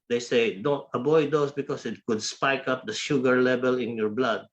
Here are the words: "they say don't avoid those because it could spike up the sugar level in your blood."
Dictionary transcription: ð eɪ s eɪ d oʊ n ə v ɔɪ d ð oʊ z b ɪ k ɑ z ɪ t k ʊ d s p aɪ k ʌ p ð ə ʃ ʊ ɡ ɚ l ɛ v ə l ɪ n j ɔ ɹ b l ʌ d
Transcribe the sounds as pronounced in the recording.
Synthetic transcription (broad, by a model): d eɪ s eɪ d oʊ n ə b ɔɪ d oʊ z b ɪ k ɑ s ɪ t k ʊ d s p aɪ k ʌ p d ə ʃ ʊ ɡ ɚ l ɛ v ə l ɪ n j ɔ ɹ b l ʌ d